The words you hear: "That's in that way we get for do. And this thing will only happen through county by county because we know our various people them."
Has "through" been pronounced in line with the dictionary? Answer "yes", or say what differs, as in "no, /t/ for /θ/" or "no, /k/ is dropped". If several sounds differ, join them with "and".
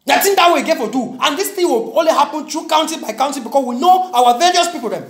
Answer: no, /t/ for /θ/